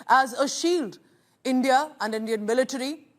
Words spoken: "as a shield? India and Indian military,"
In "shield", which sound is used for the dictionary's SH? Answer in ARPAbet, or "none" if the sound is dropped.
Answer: SH